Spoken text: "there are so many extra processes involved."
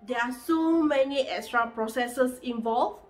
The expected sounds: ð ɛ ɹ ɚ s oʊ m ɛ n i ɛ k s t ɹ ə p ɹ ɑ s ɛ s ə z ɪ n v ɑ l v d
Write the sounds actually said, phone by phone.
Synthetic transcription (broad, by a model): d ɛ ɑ s oʊ m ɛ n i ɛ k s t ɹ ə p ɹ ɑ s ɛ s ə s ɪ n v ɑ l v